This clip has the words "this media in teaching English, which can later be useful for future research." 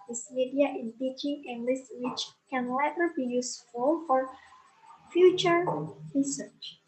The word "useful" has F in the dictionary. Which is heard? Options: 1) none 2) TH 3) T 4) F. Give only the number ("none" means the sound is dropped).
4